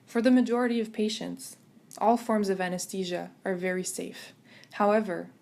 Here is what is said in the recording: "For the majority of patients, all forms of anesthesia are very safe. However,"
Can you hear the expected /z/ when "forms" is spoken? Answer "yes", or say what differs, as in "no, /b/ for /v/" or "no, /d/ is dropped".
yes